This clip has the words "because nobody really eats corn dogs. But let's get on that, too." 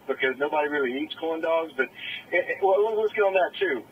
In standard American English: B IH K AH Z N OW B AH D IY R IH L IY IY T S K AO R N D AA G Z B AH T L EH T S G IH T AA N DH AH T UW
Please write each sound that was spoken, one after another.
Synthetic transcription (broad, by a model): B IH K AH Z N OW B AH D IY R IH L IY IY T S K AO L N D AA G Z B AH T W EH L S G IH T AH N DH AH T UW